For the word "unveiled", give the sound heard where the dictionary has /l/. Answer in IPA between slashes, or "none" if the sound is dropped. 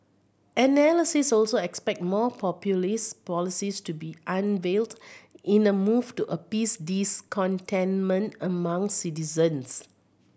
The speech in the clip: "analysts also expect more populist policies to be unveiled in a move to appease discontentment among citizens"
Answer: /l/